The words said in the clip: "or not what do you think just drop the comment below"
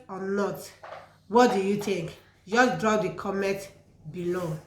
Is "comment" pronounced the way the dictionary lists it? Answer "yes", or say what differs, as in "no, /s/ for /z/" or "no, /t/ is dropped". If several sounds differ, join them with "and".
no, /n/ is dropped